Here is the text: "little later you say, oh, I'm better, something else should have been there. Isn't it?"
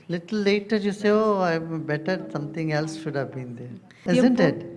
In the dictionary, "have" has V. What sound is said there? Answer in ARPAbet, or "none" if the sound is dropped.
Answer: V